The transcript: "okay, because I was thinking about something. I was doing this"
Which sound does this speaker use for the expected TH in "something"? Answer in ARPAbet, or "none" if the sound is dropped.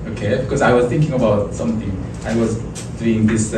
TH